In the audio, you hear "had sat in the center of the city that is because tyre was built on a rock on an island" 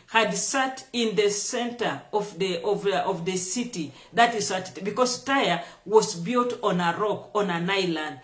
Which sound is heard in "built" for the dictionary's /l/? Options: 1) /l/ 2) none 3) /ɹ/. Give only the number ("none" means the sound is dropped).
1